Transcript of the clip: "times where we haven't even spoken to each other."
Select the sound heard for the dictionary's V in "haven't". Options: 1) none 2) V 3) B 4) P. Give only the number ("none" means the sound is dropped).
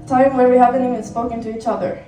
4